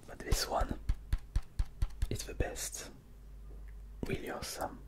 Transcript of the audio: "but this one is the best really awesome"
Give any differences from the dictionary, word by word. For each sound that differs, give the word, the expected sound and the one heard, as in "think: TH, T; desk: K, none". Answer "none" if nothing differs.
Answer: is: Z, S; really: R, W